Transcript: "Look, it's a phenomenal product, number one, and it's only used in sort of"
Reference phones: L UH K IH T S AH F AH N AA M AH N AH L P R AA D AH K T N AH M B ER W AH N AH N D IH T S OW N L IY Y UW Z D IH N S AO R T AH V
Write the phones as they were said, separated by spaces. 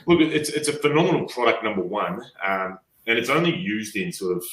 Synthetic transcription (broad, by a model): L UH K IH T S AH F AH N AA M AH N L P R AA D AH K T N AH M B ER W AH N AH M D IH T S OW N L IY Y UW Z D IH N S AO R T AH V